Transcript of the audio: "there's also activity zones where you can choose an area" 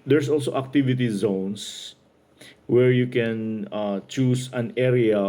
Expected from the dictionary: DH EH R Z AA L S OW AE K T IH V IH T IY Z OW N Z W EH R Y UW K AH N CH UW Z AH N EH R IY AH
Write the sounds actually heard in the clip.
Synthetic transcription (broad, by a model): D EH R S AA L S OW AE K T IH V IH T IY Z OW N S W EH R Y UW K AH N CH UW S AH N EH R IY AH